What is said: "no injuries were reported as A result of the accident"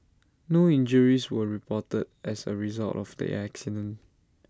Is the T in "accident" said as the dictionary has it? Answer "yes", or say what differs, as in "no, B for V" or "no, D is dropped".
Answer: no, T is dropped